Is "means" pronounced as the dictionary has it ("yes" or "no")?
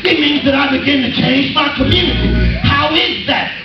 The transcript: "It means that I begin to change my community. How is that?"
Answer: yes